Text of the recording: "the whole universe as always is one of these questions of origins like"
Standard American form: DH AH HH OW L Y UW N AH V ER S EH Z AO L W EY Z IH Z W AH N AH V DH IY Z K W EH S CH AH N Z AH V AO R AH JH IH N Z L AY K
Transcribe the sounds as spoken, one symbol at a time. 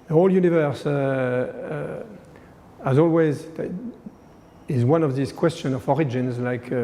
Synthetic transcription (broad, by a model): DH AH HH OW L Y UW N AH V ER S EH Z AO L W EY Z IH Z W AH N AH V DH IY S K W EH S CH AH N AH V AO R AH JH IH N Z L AY K